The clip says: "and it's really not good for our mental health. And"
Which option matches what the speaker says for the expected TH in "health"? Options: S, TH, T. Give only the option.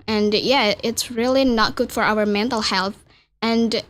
TH